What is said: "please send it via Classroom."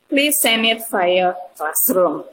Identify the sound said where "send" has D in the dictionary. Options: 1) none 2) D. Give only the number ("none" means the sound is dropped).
1